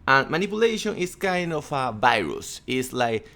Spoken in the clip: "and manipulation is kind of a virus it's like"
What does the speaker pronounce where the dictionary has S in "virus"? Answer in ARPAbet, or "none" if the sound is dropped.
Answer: S